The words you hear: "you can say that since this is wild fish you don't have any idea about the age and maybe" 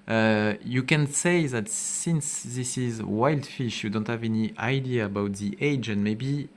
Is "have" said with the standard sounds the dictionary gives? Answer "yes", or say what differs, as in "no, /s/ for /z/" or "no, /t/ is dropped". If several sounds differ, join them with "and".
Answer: yes